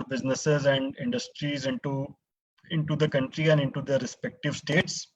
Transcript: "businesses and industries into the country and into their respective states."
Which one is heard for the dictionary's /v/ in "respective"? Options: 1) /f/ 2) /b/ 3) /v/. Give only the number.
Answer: 3